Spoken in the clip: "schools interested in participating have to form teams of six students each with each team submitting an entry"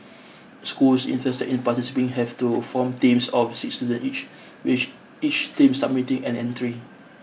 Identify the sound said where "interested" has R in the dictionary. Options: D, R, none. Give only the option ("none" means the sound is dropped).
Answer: none